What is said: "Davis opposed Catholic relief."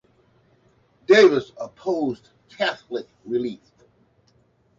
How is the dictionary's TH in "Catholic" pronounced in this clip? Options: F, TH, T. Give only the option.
TH